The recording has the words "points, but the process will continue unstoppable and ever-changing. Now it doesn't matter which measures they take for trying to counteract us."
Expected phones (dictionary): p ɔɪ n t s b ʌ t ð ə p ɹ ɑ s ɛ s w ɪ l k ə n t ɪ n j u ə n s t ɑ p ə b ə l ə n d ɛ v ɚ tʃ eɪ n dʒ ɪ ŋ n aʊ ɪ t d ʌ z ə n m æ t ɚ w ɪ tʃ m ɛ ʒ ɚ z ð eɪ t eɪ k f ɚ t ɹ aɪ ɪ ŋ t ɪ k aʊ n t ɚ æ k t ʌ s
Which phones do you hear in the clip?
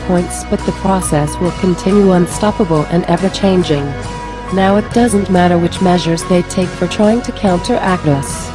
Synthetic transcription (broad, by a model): p ɔɪ n t s b ʌ t ð ə p ɹ ɑ s ɛ s w ɪ l k ə n t ɪ n j u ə n s t ɑ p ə b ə l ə n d ɛ v ɚ tʃ eɪ n dʒ ɪ ŋ n aʊ ɪ t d ʌ z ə n m æ t ɚ w ɪ tʃ m ɛ ʒ ɚ z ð eɪ t eɪ k f ɚ t ɹ aɪ ɪ ŋ t ɪ k aʊ n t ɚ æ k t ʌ s